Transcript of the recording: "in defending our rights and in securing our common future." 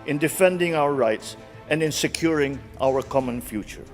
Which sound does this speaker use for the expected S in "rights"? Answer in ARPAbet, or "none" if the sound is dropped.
S